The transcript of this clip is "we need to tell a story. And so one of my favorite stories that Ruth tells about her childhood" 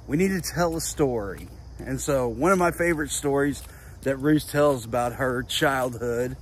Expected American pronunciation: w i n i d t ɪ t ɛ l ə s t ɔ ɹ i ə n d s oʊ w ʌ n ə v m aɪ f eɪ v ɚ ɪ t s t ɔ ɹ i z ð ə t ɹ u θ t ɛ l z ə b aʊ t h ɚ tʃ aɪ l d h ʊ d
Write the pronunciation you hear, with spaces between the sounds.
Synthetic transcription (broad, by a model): w i n i d t ɪ t ɛ l ə s t ɔ ɹ i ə n s oʊ w ʌ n ə v m aɪ f eɪ v ɚ ɪ t s t ɔ ɹ i z ð ə t ɹ u s t ɛ l z ə b aʊ t h ɚ tʃ aɪ l d h ʊ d